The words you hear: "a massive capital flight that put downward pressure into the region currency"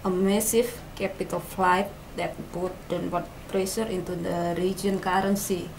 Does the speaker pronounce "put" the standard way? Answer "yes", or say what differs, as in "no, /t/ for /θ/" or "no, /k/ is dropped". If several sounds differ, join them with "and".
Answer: no, /b/ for /p/